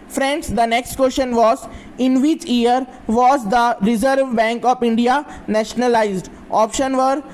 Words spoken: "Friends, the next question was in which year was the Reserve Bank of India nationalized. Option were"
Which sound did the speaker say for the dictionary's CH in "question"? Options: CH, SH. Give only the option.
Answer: SH